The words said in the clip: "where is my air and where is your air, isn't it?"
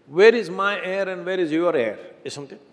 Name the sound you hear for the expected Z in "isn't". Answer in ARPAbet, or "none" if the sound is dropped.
S